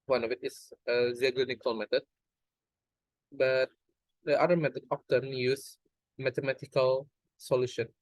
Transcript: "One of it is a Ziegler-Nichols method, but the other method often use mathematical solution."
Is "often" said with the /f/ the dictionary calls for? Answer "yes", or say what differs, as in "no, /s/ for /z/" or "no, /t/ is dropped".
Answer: no, /p/ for /f/